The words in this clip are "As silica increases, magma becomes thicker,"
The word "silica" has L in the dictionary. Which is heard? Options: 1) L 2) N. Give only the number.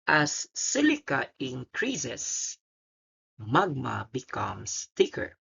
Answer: 1